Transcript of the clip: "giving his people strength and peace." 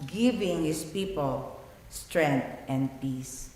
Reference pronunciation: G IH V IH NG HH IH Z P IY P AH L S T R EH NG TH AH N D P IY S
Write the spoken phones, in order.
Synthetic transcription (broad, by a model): G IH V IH NG HH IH S P IY P AH L S T R EH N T AH N D P IY S